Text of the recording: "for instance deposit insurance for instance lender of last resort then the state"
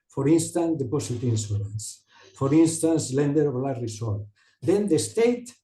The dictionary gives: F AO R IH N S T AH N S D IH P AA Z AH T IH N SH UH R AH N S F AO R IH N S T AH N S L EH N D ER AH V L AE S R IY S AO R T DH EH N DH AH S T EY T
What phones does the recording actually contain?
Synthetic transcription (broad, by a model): F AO R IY N S T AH N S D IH P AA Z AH T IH N S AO L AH N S F AO R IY N S T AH N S L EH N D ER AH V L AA R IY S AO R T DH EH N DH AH S T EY T